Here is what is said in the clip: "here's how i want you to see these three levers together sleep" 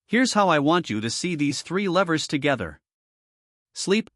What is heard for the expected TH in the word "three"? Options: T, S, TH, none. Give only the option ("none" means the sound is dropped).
TH